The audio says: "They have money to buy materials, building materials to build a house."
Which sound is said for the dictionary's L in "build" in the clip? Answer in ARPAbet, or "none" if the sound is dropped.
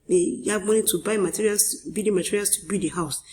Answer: none